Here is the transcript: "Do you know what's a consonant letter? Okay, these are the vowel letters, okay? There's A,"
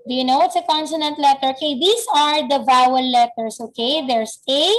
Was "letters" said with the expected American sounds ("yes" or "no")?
no